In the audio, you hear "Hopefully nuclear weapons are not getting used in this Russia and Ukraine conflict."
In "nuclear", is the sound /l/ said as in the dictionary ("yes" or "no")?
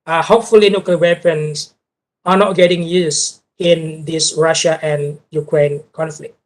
no